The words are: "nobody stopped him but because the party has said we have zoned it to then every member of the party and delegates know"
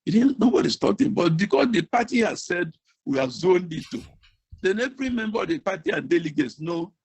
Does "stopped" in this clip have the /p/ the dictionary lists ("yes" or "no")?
no